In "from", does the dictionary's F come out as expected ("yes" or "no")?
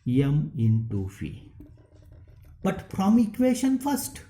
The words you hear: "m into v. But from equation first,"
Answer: no